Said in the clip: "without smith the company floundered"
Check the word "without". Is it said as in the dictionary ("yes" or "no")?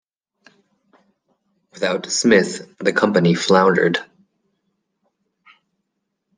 yes